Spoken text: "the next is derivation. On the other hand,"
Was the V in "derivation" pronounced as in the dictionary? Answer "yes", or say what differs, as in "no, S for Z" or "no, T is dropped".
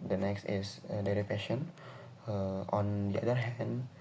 no, P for V